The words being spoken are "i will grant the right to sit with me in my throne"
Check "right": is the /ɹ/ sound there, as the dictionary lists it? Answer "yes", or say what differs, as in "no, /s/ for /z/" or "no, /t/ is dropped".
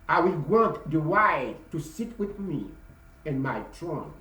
no, /w/ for /ɹ/